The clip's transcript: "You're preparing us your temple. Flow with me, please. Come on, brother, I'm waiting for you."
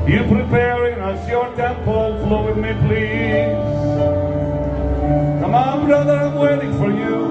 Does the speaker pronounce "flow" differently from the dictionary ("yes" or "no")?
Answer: no